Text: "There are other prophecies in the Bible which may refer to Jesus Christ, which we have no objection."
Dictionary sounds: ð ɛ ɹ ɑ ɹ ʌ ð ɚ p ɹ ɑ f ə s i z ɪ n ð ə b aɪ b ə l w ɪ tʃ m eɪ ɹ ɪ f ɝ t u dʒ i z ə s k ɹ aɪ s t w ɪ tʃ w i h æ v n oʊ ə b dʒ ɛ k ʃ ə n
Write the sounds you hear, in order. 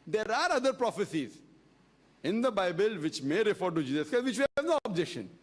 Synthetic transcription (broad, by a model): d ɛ ɹ ɑ ɹ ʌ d ɚ p ɹ ɑ f ə s i z ɪ n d ə b aɪ b ə l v ɪ tʃ m eɪ ɹ ɪ f ɝ t u dʒ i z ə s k aɪ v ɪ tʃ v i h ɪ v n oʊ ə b dʒ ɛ k ʃ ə n